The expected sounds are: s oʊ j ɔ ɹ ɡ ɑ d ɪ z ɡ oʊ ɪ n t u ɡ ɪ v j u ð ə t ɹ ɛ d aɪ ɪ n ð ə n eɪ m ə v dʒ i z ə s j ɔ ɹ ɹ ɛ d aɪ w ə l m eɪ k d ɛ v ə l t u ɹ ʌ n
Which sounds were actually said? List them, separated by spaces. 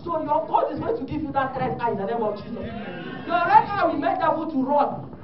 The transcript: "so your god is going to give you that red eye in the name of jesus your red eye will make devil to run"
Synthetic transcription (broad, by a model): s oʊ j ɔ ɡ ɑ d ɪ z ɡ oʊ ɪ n t u ɡ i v j u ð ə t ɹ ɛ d aɪ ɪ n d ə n eɪ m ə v dʒ i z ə s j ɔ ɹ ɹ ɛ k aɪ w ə m eɪ k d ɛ b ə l t u ɹ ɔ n